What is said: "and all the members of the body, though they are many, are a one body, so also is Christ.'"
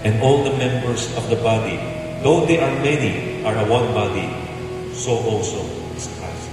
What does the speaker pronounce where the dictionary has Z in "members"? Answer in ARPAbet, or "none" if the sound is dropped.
S